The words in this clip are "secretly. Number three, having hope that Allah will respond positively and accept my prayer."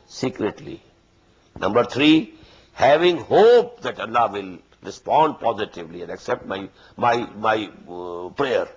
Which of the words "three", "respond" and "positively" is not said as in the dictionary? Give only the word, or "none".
three